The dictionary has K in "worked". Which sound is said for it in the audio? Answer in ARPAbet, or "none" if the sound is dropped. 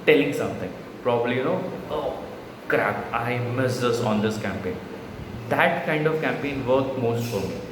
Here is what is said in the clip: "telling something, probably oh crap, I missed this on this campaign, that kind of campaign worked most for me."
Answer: none